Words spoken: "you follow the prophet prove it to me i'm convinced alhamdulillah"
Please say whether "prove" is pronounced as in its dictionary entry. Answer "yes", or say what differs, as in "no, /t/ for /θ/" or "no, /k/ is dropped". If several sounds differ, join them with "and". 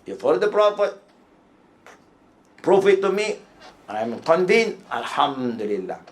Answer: no, /f/ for /v/